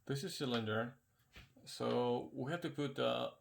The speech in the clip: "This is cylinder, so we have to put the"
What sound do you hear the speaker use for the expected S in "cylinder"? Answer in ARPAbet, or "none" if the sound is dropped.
S